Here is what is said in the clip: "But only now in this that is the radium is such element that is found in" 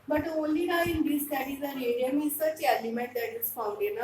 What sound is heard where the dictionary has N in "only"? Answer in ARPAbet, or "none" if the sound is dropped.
none